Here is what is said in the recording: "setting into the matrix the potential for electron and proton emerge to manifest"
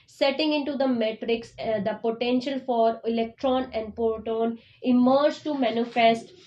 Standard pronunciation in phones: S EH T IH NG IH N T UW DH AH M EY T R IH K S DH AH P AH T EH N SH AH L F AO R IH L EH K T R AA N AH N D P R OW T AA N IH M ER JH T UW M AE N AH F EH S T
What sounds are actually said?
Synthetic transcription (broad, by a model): S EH T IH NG IH N T UW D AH M EY T R IH K S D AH P AH T EH N SH AH L F AO R IH L EH K T R AA N AH N D P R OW T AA N IH M ER JH T UW M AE N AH F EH S T